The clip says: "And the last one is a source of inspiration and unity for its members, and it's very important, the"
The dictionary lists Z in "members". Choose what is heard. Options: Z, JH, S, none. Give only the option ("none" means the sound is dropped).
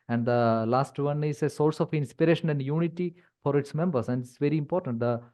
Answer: S